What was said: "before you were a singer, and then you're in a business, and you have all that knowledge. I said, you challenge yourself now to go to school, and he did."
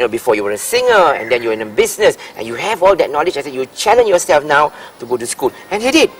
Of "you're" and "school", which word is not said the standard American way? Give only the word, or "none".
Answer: you're